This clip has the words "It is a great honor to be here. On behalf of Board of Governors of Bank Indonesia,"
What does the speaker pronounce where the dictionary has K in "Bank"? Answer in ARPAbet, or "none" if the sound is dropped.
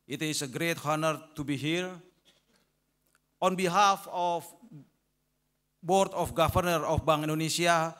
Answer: none